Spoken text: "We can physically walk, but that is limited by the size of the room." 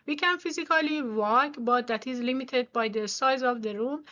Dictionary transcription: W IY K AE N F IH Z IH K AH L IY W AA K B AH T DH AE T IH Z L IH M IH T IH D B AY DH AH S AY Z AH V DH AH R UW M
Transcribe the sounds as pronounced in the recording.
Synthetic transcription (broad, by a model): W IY K AE N F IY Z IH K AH L IY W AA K B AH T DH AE T IH Z L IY M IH T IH D B AY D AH S AY Z AH V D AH R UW M